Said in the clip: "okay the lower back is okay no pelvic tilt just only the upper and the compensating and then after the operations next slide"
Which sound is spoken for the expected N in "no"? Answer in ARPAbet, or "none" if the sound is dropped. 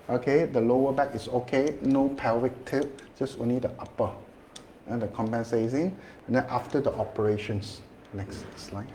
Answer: N